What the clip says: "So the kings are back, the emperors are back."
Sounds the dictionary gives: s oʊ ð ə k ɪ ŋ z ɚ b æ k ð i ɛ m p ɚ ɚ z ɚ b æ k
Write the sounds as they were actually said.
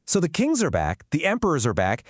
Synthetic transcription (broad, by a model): s oʊ ð ə k ɪ ŋ z ɚ b æ k ð i ɛ m p ɚ ɚ z ɚ b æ k